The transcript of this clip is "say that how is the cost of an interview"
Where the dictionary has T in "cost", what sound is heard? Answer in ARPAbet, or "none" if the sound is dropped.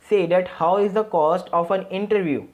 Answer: T